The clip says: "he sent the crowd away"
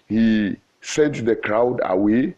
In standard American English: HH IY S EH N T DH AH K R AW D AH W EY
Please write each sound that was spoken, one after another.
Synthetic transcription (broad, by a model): HH IY S EH N T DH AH K R AW D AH W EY